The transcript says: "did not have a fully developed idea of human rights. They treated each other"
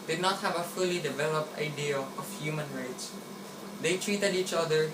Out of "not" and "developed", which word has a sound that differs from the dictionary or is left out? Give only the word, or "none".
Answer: none